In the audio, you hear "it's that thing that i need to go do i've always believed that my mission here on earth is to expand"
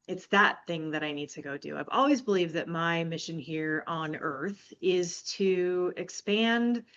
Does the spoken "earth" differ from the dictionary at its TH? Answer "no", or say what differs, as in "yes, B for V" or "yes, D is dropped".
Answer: no